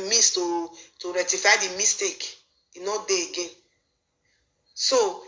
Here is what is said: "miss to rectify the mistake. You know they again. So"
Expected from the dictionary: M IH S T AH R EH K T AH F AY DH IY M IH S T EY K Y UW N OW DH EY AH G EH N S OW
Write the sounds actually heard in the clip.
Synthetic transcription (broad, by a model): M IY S T AH R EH T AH F AY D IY M IH S T EY K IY N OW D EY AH G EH N S OW